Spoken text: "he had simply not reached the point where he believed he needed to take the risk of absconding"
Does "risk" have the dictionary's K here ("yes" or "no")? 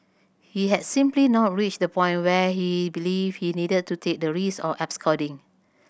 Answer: no